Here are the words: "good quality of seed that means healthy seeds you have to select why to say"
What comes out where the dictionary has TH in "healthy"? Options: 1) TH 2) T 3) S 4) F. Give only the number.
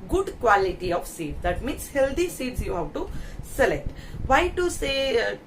2